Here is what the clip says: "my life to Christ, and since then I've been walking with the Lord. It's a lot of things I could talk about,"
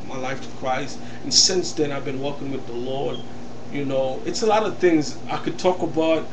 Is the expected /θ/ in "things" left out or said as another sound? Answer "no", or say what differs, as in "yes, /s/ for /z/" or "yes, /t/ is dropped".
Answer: no